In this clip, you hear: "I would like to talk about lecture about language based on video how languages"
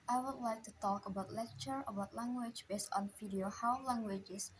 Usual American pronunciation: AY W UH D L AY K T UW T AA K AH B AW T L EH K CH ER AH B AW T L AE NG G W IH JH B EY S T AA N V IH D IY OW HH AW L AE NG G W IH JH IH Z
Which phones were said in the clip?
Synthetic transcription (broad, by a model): AY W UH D L AY K T UW T AA K AH B AW T L EH K CH ER AH B AW T L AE NG G W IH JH B EY S T AA N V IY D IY OW HH AW L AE NG G W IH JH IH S